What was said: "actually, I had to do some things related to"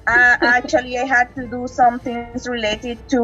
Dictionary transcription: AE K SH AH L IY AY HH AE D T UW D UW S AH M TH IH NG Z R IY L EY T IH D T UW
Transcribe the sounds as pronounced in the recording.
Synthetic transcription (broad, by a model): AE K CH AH L IY AY HH AE D T UW D UW S AH M T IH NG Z R IY L EY T IH D T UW